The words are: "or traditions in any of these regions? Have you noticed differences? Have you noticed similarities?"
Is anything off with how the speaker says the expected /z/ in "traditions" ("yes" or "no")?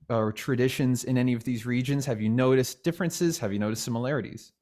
no